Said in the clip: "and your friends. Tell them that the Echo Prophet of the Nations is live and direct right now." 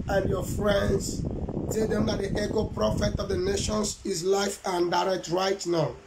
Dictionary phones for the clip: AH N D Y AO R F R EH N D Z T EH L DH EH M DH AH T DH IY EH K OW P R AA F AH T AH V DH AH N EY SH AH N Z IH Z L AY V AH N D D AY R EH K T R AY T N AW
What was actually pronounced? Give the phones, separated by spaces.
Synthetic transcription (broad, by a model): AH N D Y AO F R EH N D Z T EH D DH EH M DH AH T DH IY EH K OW P R AA F AH T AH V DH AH N EY SH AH N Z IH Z L AY F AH N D D AY R EH K T R AY T N AW